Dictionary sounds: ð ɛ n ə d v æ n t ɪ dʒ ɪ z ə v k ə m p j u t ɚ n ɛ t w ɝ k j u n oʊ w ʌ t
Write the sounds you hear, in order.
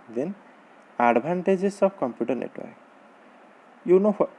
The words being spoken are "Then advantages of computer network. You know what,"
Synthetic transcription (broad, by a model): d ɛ n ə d b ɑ n t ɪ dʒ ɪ s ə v k ə m p j u t ɚ n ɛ t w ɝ k j u n oʊ